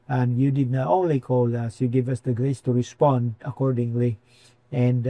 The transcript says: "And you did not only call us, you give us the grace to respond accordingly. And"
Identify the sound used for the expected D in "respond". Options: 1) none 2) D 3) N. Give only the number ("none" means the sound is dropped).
2